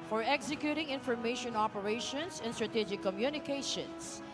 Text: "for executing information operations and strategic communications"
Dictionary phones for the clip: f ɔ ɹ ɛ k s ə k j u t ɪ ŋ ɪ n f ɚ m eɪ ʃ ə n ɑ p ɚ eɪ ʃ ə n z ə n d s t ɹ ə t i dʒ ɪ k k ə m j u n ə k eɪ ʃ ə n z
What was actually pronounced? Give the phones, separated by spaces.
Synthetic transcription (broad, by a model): f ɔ ɹ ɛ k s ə k j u t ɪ ŋ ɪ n f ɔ m eɪ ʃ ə n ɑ p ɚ eɪ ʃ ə n s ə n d s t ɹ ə t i dʒ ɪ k k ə m j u n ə k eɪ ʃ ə n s